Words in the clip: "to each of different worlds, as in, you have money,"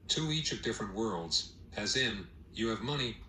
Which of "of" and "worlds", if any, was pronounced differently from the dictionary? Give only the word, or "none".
none